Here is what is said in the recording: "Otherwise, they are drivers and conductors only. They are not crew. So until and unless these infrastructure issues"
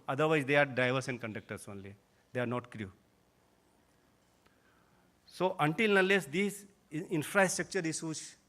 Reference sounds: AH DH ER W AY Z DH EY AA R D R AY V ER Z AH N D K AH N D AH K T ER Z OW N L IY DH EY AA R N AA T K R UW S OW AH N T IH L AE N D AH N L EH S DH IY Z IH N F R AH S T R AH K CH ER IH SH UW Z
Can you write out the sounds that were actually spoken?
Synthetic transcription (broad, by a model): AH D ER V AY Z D EY AA R D AY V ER S AH N D K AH N D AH K T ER S OW N L IY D EY AA R N AA T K R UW S OW AH N T IH L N AH N L EH S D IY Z IH N F R AH S T R AH K CH ER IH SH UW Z